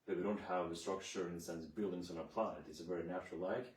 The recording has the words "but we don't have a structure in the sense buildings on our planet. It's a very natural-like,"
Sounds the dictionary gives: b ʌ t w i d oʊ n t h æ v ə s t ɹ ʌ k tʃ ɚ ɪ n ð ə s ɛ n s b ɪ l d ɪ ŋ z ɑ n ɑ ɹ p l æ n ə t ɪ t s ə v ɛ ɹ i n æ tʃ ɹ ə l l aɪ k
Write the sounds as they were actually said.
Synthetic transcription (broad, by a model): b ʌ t w i d oʊ n t h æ v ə s t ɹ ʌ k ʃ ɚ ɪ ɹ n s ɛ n b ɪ l d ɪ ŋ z n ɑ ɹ p l æ n ə t ɪ t s ə v ɛ ɹ i n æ tʃ ə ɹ l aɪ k